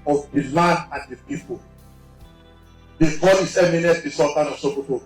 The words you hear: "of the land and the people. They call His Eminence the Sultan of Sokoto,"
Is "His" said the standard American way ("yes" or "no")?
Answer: no